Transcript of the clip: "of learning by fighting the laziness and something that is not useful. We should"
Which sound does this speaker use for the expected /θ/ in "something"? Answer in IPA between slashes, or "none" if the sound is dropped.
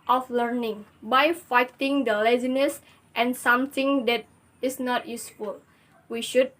/t/